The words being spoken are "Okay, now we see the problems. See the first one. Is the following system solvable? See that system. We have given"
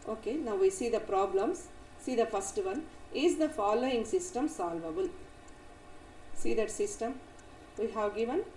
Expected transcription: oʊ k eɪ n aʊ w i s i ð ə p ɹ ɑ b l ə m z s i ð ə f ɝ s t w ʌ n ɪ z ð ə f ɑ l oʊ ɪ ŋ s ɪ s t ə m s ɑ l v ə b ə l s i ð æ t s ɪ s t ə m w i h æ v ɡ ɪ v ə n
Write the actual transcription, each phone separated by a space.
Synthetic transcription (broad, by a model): oʊ k eɪ n aʊ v i s i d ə p ɹ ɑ b l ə m s i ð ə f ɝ s t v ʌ n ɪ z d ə f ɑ l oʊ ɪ ŋ s ɪ s t ə m s ɑ l v ə b ə l s i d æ t s ɪ s t ə m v i h æ v ɡ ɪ v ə n